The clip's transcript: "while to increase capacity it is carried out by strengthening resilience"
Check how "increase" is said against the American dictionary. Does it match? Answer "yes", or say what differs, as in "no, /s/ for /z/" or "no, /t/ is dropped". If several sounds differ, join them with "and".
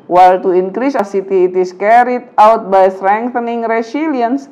yes